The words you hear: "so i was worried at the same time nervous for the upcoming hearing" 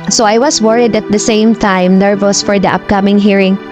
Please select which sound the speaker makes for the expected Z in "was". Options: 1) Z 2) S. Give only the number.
2